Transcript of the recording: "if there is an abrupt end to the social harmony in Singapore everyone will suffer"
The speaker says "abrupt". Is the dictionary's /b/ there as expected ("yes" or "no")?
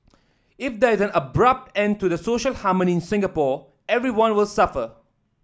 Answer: yes